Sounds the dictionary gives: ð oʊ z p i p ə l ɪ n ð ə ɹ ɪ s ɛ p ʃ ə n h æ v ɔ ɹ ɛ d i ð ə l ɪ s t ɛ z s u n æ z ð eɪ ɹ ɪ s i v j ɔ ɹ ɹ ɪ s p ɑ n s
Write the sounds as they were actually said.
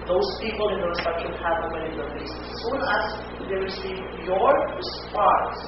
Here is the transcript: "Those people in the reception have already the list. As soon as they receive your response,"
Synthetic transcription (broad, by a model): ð oʊ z p i p ə l ɪ n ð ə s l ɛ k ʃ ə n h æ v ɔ w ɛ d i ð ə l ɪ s ɛ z s u n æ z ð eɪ ɹ ɪ s i v j ɔ ɹ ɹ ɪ s p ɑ n s